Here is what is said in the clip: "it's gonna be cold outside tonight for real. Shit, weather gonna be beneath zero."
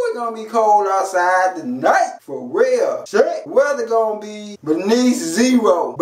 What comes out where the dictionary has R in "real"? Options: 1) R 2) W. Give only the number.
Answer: 2